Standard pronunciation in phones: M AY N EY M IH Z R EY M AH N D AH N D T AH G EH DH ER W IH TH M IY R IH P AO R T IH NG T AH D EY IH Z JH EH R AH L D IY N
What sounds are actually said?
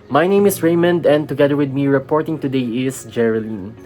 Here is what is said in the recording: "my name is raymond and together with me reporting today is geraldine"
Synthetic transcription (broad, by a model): M AY N EY M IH S R EY M AH N D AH N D T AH G EH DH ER W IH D M IY R IH P AO R T IH NG T AH D EY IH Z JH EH R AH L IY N